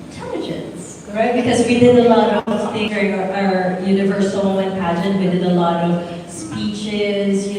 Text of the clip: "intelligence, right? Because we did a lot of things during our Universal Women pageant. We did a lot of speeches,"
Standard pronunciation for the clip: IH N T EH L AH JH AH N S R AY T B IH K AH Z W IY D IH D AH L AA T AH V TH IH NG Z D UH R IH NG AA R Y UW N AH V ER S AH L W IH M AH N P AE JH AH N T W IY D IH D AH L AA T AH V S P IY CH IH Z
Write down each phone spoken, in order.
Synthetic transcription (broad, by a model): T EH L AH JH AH N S R AY T B IH K AH Z W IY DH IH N AH L AA T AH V F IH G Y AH R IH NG AA R Y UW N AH V ER S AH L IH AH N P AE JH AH N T W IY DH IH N AH L AA T AH V S P IY CH IH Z